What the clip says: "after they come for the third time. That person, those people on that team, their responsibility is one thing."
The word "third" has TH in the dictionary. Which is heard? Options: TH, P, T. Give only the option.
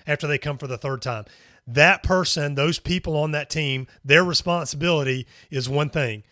TH